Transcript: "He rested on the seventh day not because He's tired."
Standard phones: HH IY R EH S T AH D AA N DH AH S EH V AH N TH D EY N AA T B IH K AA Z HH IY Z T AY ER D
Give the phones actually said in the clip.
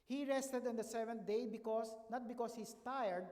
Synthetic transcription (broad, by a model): HH IY R EH S T AH D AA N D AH S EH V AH N T D EY N AA T B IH K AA S HH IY S T AY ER D